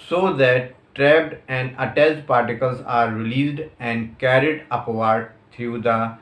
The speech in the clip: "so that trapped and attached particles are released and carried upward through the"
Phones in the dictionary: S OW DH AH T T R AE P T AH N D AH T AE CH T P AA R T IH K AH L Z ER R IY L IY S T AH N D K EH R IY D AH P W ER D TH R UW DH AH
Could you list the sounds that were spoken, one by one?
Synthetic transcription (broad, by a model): S OW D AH T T R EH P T AH N D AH T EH S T P AA R T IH K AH L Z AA R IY L IY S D AH N D K EH R IY D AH P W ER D T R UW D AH